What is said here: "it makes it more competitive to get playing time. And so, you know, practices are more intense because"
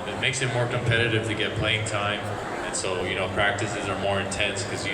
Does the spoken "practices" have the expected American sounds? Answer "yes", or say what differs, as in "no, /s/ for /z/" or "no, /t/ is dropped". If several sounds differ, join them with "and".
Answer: yes